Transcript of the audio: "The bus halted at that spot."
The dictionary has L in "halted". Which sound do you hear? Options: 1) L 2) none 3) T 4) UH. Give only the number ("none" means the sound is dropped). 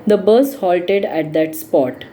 1